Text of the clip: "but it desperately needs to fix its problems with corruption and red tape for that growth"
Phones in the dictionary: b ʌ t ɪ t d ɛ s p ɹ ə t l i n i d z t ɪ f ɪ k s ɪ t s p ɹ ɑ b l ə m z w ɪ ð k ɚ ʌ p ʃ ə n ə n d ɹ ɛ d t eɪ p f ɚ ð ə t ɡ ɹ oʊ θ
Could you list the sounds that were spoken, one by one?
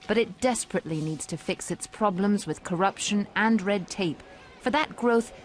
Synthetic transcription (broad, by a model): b ʌ t ɪ t d ɛ s p ɹ ə t l i n i d z t ɪ f ɪ k s ɪ t s p ɹ ɑ b l ə m z w ɪ ð k ɚ ʌ p ʃ ə n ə n ɹ ɛ d t eɪ p f ɚ ð ə t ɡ ɹ oʊ θ